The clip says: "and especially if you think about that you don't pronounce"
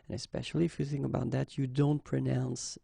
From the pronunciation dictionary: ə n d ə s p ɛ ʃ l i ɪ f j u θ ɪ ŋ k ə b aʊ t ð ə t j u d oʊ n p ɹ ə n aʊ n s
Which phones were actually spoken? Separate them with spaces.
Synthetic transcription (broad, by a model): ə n ə s p ɛ ʃ l i ɪ f j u θ ɪ ŋ k ə b aʊ t ð ə t j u d oʊ n p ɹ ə n aʊ n s